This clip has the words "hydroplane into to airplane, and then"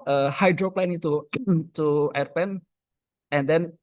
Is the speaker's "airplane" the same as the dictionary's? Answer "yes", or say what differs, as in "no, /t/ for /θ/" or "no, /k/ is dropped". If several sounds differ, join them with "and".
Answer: no, /l/ is dropped